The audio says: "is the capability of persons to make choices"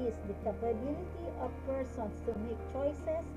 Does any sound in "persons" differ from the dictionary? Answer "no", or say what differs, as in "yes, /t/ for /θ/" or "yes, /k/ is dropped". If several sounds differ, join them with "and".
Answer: yes, /s/ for /z/